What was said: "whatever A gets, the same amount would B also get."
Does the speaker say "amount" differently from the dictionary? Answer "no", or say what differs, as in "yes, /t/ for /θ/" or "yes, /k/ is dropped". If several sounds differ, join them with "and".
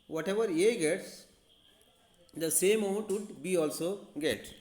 yes, /m/ is dropped